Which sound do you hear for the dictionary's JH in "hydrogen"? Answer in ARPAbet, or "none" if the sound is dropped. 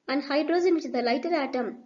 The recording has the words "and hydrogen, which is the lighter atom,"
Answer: Z